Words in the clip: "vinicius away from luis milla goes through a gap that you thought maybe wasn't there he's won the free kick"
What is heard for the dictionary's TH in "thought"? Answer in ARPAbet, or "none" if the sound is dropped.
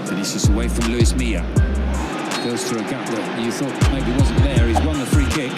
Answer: TH